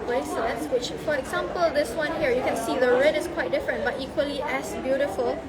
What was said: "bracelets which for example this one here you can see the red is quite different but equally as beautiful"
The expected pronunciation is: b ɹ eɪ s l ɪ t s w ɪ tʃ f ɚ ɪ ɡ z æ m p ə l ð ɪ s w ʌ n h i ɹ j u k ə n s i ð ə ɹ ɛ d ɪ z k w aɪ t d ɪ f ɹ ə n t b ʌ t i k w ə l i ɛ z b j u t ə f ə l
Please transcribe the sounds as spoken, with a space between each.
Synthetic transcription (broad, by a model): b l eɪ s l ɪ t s w ɪ tʃ f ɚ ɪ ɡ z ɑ m p ə l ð ɪ s w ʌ n h i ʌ j u k ə n s i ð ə ɹ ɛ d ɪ s k w aɪ t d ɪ f ɹ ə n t b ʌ t i k w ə l i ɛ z b j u t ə f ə l